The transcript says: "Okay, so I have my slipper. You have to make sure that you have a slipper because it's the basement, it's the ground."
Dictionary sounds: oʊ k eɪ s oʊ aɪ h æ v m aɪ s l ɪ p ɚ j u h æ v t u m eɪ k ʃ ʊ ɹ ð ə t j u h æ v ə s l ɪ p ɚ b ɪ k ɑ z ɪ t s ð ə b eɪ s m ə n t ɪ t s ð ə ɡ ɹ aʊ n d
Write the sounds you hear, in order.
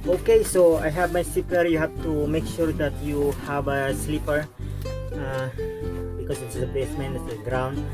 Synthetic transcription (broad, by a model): oʊ k eɪ s oʊ aɪ h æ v m aɪ s l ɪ p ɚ j u h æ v t u m eɪ k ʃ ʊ ɹ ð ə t j u h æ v ə s l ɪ p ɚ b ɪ k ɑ s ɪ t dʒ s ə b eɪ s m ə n ɪ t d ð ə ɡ ɹ aʊ n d